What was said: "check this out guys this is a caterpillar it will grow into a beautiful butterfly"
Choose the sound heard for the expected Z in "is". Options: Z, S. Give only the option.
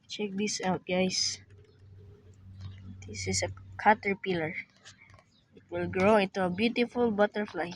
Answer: S